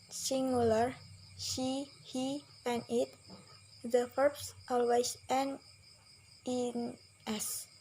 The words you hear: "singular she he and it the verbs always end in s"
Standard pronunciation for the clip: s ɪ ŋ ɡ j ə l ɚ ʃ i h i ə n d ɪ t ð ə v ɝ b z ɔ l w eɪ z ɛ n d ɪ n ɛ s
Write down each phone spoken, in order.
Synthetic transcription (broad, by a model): s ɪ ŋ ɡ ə l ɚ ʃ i h i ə n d ɪ t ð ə f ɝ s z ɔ l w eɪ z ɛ n ɪ n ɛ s